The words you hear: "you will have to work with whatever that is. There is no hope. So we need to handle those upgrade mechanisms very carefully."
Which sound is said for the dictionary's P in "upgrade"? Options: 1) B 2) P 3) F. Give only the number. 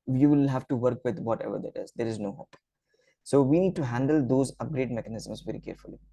2